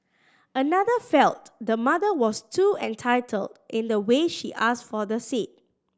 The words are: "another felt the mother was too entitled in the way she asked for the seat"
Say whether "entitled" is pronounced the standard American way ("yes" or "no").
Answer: yes